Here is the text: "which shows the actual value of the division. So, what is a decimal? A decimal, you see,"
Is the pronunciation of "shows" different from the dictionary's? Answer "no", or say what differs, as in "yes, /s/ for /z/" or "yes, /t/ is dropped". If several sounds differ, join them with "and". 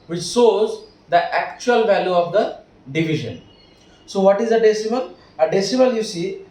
yes, /s/ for /ʃ/